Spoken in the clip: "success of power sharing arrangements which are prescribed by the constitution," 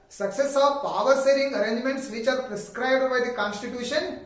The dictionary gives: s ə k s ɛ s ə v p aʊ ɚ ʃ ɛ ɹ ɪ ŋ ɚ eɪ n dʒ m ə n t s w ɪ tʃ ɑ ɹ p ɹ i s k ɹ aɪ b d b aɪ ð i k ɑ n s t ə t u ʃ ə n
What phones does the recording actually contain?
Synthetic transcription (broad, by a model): s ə k s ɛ s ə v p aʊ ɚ s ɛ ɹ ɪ ŋ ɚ eɪ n dʒ m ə n t s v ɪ tʃ ɑ ɹ p ɹ i s k ɹ aɪ b d b aɪ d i k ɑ n s t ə t u ʃ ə n